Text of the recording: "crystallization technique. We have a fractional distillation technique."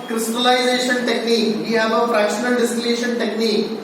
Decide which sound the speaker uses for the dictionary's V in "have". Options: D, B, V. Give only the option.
B